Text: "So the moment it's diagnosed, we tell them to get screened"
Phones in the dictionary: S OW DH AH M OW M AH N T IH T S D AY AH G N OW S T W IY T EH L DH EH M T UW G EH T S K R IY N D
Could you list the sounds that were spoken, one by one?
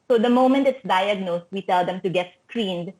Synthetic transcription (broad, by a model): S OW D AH M OW M AH N T IH T S D AY AH G N OW S T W IY T EH L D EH M T UW G EH T S K R IY N D